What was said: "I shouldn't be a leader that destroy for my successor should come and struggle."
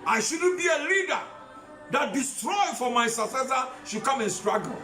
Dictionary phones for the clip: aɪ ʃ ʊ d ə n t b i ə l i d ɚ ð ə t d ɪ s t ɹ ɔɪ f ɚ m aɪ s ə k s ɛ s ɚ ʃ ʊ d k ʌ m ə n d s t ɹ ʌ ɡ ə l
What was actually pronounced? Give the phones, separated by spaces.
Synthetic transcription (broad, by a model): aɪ ʃ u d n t b i ə l i d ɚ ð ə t d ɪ s t ɹ ɔɪ f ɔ m aɪ s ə s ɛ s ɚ ʃ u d k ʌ m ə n s t ɹ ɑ ɡ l